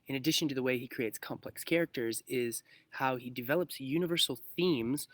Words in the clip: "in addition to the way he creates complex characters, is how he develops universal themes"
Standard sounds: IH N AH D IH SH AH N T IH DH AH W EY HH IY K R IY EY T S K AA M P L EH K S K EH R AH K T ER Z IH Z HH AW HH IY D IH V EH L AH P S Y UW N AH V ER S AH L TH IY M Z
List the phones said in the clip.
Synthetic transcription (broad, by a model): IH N AH D IH SH AH N T IH DH AH W EY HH IY K R IY EY T S K AA M P L EH K S K EH R AH K T ER Z IH Z HH AW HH IY D IH V EH L AH P S Y UW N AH V ER S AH L TH IY M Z